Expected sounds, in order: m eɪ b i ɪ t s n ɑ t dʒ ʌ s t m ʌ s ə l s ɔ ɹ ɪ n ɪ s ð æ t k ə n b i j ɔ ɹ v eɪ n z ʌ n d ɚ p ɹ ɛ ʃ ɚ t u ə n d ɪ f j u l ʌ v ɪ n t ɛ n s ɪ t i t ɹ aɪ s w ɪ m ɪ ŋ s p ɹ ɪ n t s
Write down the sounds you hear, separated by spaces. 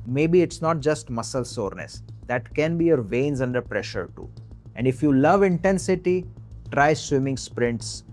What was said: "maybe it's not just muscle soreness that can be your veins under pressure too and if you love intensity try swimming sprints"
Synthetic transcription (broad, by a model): m eɪ b i ɪ t s n ɑ t dʒ ʌ s t m ʌ s ə l s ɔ ɹ n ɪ s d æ t k ə n b i j ɔ ɹ v eɪ n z ʌ n d ɚ p ɹ ɛ ʃ ɚ t u ə n d ɪ f j u l ʌ v ɪ n t ɛ n s ɪ t i t ɹ aɪ s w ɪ m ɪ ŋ s p ɹ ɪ n t s